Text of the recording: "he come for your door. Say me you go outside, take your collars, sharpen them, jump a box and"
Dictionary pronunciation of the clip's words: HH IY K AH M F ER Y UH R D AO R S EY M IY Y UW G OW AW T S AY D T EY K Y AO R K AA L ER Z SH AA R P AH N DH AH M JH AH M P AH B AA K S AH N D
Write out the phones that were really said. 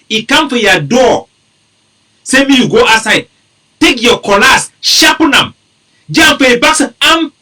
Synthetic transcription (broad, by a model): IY K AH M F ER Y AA D AO S EY M IY Y UW G OW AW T S AY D T EY K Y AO K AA L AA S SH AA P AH N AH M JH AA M F AH B AA K S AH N